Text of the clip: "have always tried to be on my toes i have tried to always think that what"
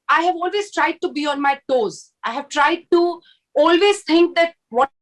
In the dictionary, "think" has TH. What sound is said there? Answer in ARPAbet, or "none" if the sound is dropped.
T